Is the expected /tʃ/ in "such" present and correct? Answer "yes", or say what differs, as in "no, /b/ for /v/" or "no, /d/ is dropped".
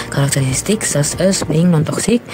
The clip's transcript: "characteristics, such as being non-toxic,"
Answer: no, /s/ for /tʃ/